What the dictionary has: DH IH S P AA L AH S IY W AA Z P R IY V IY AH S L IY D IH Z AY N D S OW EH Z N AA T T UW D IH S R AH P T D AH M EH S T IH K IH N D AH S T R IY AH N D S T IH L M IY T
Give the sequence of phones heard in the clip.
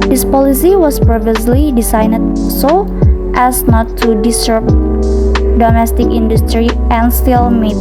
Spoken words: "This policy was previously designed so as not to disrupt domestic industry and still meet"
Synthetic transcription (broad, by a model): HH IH S P AA L AH S IY W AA S P R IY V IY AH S L IY D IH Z AY N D S OW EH S N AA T T UW D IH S AH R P D AH M EH S T IH K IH N D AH S T R IY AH N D S T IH L M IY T